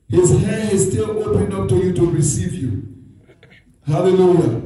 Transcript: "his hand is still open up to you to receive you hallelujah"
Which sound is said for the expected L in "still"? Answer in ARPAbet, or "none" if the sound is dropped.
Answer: L